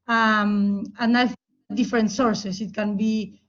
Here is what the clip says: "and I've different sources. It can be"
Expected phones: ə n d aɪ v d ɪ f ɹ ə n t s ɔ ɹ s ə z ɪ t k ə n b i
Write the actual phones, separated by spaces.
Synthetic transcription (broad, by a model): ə n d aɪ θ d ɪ f ɹ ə n t s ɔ ɹ s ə s ɪ t k ə n b i